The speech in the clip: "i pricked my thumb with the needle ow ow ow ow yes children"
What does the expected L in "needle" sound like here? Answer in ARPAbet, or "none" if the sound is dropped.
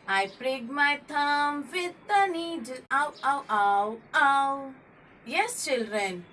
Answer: W